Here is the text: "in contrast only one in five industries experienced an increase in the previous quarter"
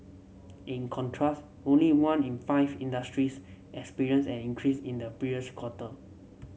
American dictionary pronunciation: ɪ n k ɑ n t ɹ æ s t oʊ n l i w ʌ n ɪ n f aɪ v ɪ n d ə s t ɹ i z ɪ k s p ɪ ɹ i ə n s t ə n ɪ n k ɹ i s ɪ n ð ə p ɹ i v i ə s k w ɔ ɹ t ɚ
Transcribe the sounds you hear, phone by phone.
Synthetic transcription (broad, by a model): ɪ n k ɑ n t ɹ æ s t oʊ n l i w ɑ n ɪ n f aɪ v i n d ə s t ɹ i s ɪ k s p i ɹ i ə n s ə n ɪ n k ɹ i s ɪ n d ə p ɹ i i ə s k w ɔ t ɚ